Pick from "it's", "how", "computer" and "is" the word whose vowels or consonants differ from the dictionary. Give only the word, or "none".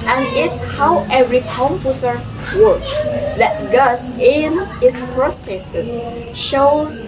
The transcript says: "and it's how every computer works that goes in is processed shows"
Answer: is